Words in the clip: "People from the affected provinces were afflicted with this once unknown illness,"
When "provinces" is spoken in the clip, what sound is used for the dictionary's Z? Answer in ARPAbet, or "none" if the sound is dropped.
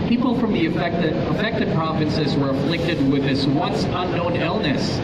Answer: Z